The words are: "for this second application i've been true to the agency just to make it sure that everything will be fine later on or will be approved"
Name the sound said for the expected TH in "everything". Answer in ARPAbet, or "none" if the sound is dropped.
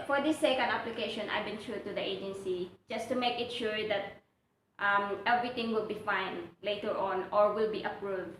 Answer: T